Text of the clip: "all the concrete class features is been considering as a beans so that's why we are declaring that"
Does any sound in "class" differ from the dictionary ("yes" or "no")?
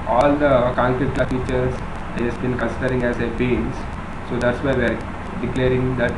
yes